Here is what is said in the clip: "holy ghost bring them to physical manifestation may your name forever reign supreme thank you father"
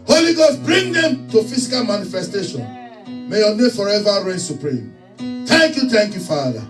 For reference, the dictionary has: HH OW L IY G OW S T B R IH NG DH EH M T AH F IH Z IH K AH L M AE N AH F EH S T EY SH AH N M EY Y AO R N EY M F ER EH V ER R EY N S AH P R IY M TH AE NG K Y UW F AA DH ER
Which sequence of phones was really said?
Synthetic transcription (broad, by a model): HH OW L IY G OW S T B R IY NG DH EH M T AH F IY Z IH K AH L M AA N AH F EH S T EY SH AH N M EY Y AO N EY F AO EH V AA R EY N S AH P R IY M T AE NG K Y UW F AA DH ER